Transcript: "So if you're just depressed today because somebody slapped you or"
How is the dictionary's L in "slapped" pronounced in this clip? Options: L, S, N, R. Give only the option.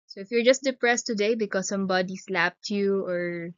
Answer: L